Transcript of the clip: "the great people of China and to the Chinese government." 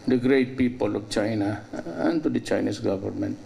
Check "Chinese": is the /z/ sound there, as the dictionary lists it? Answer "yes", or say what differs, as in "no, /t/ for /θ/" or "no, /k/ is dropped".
no, /s/ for /z/